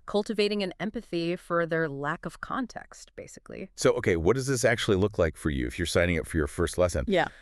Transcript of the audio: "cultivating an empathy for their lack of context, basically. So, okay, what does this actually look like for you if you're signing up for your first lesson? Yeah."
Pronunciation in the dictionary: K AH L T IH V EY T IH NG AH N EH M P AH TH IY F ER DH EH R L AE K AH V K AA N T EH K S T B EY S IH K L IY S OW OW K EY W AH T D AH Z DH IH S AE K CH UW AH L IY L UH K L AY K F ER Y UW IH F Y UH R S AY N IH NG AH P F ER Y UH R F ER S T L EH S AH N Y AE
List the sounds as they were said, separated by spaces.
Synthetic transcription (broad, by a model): K AH L T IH V EY T IH NG AH N EH M P AH TH IY F ER DH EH R L AE K AH V K AA N T EH K S T B EY S IH K L IY S OW OW K EY W AH T D AH Z DH IH S AE K CH UW AH L IY L UH K L AY K F ER Y UW IH F Y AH R S AY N IH NG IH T F ER Y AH R F ER S T L EH S AH N Y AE